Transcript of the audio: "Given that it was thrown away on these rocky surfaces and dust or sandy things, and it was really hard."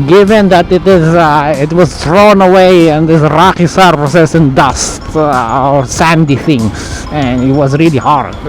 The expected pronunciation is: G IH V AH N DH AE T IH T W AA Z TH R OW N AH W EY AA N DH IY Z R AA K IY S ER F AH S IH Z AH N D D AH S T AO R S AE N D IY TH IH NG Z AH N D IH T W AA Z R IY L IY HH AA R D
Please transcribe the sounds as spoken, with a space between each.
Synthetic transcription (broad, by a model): G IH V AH N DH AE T IH T W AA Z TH R OW N AH W EY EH N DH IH S R AA K IY S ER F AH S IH S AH N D D AH S T AO R S AE N D IY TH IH NG AH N IH T W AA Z R IY L IY HH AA R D